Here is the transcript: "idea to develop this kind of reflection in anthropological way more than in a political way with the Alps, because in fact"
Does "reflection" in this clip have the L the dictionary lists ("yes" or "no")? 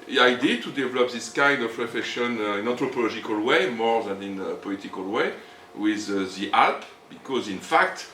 no